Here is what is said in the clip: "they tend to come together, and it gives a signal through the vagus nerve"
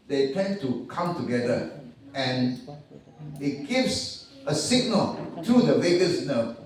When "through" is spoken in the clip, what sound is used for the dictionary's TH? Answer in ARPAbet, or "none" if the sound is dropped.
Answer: T